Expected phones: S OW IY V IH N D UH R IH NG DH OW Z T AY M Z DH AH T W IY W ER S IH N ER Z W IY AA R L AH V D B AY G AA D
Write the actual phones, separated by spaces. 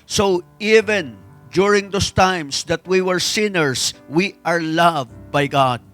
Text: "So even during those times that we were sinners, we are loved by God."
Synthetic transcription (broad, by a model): S OW IY V IH N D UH R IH NG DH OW S T AY M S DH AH T W IY W ER S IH N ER S W IY AA R L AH V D B AY G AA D